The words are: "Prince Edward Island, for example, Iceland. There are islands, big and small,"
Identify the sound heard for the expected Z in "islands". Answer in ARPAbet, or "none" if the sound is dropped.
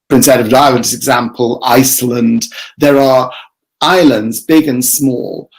Z